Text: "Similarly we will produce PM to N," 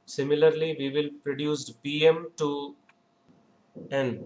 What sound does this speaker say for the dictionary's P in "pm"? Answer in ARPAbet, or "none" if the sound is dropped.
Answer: B